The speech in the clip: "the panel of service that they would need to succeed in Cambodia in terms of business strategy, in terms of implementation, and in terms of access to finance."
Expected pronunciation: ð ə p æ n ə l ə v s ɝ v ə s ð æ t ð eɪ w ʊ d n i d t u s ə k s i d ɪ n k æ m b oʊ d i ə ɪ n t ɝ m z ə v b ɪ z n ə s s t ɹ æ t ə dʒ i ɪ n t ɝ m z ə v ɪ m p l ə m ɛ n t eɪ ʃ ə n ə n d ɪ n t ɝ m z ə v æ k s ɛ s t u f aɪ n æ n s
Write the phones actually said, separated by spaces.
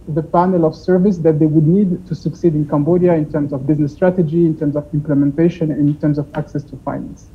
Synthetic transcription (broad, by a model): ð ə p æ n ə l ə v s ɝ v ə s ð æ t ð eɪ w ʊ d n i d t u s ə k s i d ɪ n k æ m b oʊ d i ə ɪ n t ɝ m z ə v b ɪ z n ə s s t ɹ æ t ə dʒ i ɪ n t ɝ m z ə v ɪ m p l ə m ɛ n t eɪ ʃ ə n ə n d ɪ n t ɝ m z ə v æ k s ɛ s t u f aɪ n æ n s